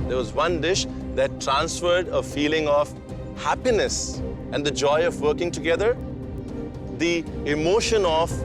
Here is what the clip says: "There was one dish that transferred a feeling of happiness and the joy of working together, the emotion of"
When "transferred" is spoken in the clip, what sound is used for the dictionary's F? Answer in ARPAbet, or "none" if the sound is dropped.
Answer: F